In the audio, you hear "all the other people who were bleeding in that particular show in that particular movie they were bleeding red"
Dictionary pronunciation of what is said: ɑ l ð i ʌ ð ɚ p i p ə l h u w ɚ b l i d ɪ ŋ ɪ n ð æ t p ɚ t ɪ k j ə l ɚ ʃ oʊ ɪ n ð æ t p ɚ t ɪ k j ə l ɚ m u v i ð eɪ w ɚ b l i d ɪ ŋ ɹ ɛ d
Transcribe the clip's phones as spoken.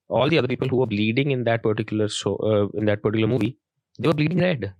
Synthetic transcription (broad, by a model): ɑ l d i ʌ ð ɚ p i p ə l h u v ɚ b l i d ɪ ŋ ɪ n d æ t p ɚ t ɪ k j ə l ɚ s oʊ ɪ n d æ t p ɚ t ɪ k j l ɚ m u v i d eɪ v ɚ b l i d ɪ ŋ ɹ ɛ d